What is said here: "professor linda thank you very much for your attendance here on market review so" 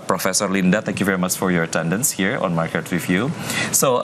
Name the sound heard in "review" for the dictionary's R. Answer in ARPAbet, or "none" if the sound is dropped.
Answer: W